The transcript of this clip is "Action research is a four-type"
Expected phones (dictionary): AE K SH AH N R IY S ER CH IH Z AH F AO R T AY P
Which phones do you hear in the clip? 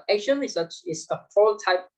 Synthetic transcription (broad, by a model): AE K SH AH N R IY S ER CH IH S AH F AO L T AY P